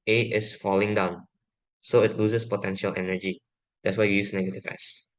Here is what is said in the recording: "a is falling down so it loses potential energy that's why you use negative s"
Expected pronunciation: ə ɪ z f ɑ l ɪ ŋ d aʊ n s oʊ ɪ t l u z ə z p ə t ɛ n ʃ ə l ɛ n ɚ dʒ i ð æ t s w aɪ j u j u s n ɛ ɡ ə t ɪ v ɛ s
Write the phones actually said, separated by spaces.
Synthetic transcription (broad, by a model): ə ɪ s f ɑ l ɪ ŋ d aʊ n s oʊ ɪ t l u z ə s p ə t ɛ n ʃ ə l ɛ n ɚ dʒ i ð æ t s w aɪ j j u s n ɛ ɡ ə t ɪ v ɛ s